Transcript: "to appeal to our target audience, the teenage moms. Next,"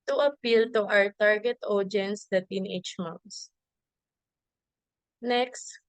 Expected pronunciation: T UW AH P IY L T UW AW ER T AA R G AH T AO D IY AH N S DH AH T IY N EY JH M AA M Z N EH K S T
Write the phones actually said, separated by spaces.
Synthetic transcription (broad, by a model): T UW AH P IY L T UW AW ER T AA R G AH T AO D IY N S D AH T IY N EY CH M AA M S N EH K S T